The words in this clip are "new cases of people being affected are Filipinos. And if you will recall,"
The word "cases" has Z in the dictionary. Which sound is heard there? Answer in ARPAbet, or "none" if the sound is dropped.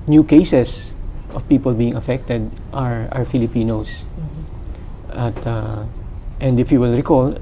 S